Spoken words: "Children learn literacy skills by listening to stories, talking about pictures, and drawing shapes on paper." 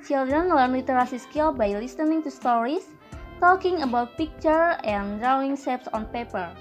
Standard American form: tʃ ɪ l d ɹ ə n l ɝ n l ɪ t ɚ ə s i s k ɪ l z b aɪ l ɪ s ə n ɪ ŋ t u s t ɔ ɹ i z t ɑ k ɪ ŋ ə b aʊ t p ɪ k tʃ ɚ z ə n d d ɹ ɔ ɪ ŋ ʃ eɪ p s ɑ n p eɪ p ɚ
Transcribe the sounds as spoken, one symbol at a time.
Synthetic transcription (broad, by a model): tʃ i l d ɹ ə n l ɝ n l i t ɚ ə s i s k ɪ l b aɪ l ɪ s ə n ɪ ŋ t u s t ɔ ɹ i s t ɑ k ɪ ŋ ə b aʊ t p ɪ k tʃ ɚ ə n d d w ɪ ŋ s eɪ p s ɑ n p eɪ p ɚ